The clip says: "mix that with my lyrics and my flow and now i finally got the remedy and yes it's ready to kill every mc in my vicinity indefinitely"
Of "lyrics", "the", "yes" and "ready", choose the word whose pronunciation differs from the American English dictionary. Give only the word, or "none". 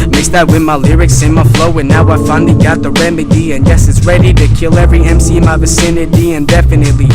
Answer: none